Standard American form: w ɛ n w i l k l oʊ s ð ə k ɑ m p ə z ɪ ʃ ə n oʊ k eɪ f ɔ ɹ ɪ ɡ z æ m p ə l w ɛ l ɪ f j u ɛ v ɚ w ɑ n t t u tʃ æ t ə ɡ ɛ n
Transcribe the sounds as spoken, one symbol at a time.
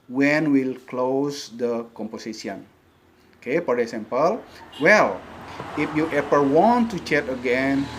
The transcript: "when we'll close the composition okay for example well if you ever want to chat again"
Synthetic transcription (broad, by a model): w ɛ n w i l k l oʊ s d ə k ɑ m p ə s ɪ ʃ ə n oʊ k eɪ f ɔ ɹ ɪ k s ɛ m p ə l w ɛ l ɪ f j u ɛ p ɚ w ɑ n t t u tʃ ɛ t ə ɡ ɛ n